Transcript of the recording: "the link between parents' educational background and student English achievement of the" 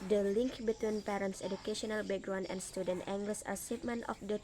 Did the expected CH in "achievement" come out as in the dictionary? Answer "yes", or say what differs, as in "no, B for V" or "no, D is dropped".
no, S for CH